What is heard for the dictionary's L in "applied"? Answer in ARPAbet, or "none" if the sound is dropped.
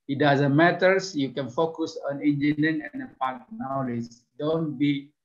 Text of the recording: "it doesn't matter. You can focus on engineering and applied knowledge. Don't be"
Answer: none